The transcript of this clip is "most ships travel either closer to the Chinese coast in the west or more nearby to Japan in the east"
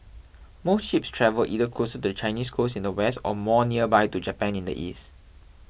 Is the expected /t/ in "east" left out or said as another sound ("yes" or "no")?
no